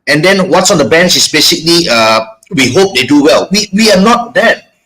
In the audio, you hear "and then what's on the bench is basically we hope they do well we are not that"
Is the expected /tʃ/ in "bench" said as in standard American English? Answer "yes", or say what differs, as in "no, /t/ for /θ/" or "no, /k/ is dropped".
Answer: no, /s/ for /tʃ/